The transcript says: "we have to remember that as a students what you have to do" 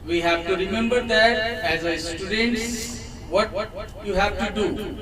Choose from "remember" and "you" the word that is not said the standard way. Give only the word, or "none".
none